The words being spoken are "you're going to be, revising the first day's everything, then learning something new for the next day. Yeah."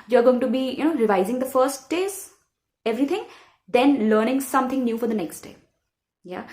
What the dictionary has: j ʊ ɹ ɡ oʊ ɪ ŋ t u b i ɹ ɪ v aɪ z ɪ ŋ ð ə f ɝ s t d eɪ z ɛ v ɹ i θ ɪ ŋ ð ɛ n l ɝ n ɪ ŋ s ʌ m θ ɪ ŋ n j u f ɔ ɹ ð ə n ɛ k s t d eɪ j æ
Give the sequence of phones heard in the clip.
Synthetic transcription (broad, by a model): j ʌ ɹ ɡ oʊ ɪ ŋ t u b i ɹ ɪ v aɪ z ɪ ŋ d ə f ɝ s t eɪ s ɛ v ɹ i t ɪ ŋ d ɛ n l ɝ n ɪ ŋ s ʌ m t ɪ ŋ n j u f ɔ ɹ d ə n ɛ k s t d eɪ j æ